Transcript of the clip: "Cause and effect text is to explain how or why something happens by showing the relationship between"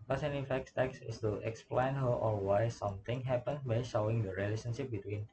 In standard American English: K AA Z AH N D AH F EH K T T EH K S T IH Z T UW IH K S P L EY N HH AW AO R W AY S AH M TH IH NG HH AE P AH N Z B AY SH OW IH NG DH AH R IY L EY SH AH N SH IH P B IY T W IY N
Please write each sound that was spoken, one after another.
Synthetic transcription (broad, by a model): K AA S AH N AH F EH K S T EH K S IH S T UW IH K S P L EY N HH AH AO L W AY S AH M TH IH NG HH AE P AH N B AY SH OW IH NG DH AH R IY L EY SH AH N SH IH P B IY T W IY N